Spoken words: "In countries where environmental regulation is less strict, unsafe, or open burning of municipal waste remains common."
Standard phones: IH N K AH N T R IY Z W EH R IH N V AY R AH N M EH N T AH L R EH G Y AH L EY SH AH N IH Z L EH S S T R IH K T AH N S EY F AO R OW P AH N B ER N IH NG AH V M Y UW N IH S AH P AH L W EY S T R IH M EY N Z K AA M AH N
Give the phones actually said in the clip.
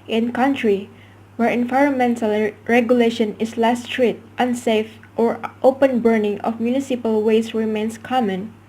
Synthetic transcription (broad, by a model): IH N K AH N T R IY W EH R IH N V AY R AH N M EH N T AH L R EH G Y AH L EY SH AH N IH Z L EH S S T R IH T T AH N S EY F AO R OW P AH N B ER N IH NG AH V M Y UW N IH S AH P AH L W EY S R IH M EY N S K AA M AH N